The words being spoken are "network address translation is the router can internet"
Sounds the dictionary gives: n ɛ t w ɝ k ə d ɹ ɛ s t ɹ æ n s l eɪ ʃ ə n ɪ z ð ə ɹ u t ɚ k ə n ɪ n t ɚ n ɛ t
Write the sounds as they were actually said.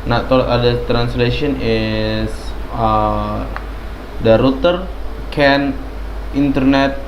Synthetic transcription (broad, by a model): n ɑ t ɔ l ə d ʌ t ɹ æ n s l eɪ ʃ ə n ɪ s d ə ɹ u t ɚ k ə n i n t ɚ n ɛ t